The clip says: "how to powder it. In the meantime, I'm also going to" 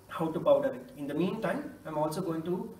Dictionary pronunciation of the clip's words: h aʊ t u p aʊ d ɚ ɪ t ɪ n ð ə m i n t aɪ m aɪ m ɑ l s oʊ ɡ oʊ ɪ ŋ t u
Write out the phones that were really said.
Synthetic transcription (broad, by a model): h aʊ t u b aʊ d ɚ ɪ t ɪ n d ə m i n t aɪ m aɪ m ɑ l s oʊ ɡ oʊ ɪ ŋ t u